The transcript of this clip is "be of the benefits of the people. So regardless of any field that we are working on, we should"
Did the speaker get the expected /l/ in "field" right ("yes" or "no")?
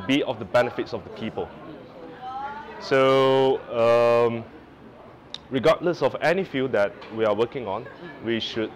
no